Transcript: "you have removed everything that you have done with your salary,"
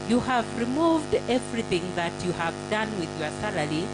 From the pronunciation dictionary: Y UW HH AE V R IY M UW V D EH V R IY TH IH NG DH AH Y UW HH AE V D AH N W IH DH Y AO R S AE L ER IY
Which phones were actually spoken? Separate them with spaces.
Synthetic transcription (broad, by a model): Y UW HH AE V R IY M UW V D EH V R IY TH IH NG DH AH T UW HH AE V D AH N W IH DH Y AO R S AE L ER IY